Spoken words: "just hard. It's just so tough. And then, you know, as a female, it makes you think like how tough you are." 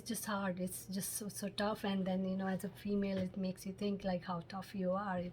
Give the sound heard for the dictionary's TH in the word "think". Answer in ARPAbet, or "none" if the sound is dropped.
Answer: T